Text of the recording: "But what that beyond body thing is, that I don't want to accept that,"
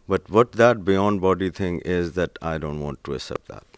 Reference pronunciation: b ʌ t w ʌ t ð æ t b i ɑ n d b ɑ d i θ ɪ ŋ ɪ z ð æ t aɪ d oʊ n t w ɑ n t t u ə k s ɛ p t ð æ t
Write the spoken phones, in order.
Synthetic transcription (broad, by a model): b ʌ t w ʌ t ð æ t b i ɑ n d b ɑ d i t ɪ ŋ ɪ z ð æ t aɪ d oʊ n t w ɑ n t t u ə s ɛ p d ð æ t